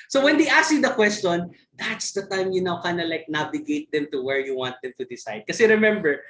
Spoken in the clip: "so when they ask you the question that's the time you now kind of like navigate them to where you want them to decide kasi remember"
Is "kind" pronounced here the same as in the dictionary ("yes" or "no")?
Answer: no